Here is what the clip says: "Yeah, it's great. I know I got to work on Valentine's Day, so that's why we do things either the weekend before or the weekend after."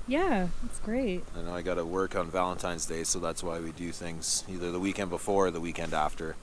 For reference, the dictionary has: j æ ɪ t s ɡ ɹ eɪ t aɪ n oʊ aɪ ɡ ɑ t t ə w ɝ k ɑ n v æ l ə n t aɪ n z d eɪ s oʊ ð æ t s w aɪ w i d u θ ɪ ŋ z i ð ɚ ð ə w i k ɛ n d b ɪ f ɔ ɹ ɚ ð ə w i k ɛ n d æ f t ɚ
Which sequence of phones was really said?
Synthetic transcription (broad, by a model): j æ ɪ t s ɡ ɹ eɪ t aɪ n oʊ aɪ ɡ ɑ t t ə w ɝ k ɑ n v æ l ə n t aɪ n z d eɪ s oʊ ð æ t s w aɪ w i d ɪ θ ɪ ŋ z i ð ɚ ð ə w i k ɛ n d b ɪ f ɔ ɹ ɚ ð ə w i k ɛ n d æ f t ɚ